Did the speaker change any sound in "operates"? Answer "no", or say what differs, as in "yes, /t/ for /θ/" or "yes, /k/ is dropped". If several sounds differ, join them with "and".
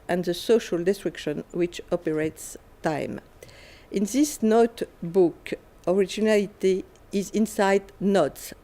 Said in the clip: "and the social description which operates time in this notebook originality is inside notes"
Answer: no